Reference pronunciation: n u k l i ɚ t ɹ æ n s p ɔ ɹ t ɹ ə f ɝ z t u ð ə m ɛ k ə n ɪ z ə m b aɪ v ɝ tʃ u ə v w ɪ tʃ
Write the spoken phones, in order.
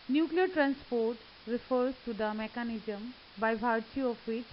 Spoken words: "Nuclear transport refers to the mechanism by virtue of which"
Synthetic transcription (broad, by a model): n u k l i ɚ t ɹ æ n s p ɔ ɹ t ɹ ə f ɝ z t u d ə m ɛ k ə n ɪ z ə m b aɪ b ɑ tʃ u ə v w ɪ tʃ